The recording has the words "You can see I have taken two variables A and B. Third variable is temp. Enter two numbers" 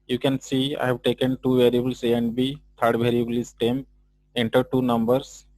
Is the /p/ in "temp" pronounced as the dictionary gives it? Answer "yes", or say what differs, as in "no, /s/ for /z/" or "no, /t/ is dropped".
no, /p/ is dropped